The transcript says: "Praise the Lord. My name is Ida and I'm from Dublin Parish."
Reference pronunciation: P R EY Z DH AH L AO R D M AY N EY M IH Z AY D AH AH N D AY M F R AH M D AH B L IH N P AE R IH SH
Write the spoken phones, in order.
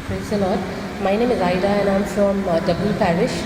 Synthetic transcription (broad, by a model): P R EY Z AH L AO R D M AY N EY M IH Z AY D AH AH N AY M F R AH M D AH B IH L P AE R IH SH